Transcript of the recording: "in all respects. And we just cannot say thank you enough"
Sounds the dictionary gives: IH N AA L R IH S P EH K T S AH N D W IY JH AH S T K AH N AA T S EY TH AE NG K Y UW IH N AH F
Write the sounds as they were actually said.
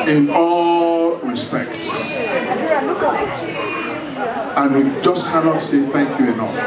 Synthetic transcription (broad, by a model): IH N AA L R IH S P EH K T S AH N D W IY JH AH S K AH N AA T S EY TH AE NG K Y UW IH N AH F